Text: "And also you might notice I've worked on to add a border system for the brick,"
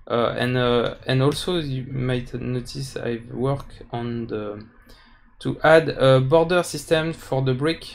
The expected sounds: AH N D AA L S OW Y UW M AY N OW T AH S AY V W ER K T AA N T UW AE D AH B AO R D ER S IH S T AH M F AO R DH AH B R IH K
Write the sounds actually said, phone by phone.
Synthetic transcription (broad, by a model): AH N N AA L S OW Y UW M AY N OW T AH S AY V W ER K AA N T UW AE D AH B AO R D ER S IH S T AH M F AO R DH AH B R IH K